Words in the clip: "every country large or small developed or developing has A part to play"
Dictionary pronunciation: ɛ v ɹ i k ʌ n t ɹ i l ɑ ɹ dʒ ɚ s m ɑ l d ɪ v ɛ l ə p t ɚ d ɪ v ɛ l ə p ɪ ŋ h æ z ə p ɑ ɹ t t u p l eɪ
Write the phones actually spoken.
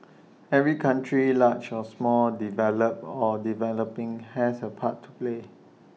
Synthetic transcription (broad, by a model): ɛ v ɹ i k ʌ n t ɹ i l ɑ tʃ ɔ s m ɑ l d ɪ v ɛ l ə p ɔ d ɪ v ɛ l ə p ɪ ŋ h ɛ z ə p ɑ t t u p l eɪ